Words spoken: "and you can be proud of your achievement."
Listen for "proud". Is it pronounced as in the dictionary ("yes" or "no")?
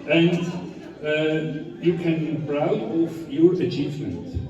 no